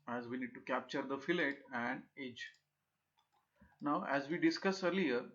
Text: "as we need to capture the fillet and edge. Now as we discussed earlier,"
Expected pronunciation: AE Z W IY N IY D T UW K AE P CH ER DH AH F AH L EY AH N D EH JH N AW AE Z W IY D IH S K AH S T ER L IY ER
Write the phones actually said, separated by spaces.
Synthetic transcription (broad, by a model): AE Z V IY N IY D T UW K AE P CH ER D AH F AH L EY AH N D EH JH N AW AE Z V IY D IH S K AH S ER L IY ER